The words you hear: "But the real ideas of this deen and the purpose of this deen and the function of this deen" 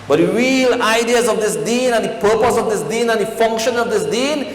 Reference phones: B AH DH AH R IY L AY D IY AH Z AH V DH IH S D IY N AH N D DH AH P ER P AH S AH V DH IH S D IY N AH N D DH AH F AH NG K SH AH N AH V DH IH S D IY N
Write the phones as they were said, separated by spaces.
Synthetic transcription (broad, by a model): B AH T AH R IY L AY D IY AH Z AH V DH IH S D IY N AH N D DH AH P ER P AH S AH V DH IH S D IY N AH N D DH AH F AH NG K SH AH N AH V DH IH S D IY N